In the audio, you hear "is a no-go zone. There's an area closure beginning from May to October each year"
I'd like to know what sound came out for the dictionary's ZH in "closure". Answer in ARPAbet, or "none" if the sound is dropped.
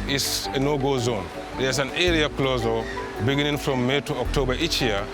Z